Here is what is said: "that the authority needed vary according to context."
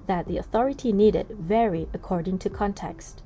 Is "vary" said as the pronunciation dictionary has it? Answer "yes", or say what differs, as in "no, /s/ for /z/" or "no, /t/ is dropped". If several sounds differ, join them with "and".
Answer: yes